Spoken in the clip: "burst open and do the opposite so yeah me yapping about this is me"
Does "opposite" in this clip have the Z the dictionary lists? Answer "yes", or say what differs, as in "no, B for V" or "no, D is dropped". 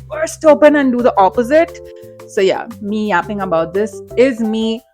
yes